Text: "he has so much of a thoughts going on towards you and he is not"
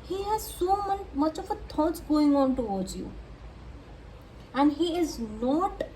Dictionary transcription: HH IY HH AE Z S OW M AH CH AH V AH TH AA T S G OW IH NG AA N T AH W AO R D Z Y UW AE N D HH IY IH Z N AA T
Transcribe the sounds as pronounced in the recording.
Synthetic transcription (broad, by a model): HH IY HH AE Z S OW M AH CH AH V AH T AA T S G OW IH NG AA N T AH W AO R D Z Y UW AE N D HH IY IH Z N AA T